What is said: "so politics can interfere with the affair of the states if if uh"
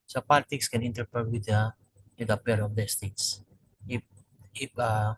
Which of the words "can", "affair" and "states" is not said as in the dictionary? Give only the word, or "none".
affair